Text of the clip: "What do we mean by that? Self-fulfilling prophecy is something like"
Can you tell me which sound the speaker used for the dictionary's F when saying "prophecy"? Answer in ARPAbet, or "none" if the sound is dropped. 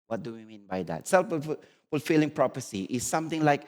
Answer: P